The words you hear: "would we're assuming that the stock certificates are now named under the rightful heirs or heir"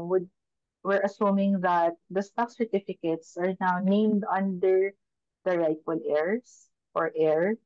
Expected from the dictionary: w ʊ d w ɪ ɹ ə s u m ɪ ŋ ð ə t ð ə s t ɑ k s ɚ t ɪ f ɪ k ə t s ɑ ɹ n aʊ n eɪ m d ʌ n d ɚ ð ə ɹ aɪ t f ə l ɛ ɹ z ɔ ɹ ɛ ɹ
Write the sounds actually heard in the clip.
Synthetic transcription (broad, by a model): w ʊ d w ɪ ɹ ə s u m ɪ ŋ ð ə t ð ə s t ɑ k s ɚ t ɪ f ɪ k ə t s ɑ ɹ n aʊ n eɪ m d ʌ n d ɚ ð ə ɹ aɪ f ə l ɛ ɹ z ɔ ɹ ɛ ɹ